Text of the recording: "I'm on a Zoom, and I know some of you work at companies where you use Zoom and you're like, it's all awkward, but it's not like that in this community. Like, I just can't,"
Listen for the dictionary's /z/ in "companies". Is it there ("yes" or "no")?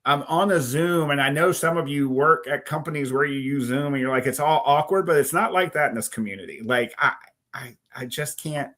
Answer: yes